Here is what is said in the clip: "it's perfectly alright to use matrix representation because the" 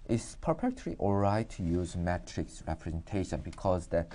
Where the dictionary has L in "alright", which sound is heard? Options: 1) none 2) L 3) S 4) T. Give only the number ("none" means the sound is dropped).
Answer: 1